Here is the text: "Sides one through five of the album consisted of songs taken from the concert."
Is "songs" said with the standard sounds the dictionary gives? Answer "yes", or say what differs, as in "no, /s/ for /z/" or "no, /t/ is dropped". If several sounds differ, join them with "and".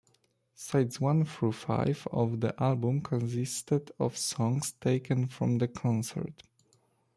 no, /s/ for /z/